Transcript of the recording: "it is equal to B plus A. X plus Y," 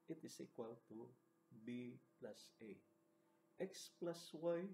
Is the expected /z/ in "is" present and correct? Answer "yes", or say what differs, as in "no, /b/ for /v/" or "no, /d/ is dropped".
no, /s/ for /z/